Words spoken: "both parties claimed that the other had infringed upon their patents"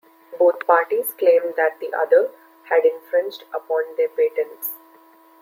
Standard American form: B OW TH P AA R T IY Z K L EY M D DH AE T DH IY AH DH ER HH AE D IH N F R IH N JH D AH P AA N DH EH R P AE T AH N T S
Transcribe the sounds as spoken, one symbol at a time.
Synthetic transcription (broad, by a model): B OW T P AA R T IY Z K L EY M D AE T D IY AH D ER HH AE D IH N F R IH N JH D AH P AA N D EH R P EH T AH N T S